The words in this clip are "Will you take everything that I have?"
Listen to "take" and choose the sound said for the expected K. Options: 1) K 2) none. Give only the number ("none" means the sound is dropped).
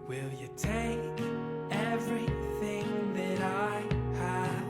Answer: 1